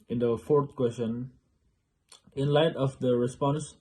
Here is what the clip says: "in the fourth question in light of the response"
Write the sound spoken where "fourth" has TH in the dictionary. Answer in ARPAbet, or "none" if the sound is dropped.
T